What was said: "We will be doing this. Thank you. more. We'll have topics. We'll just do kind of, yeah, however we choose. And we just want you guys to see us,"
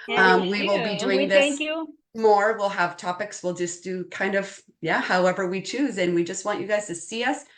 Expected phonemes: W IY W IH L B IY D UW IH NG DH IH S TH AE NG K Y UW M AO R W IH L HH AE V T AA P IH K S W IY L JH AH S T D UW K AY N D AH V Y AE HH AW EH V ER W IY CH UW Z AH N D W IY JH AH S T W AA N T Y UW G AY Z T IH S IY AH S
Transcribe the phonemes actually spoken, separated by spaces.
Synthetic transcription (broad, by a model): W IY W IH L B IY D UW IH NG DH IH S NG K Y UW M AO R W IH L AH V T AA P IH K S W IY L JH AH S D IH K AY N D AH V Y AE HH AW EH V ER W IY CH UW Z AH N W IY JH AH S T W AA N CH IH G AY Z T IH S IY AH S